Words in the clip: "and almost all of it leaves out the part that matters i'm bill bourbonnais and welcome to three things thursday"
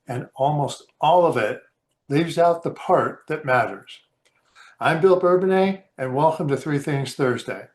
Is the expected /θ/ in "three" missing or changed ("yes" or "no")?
no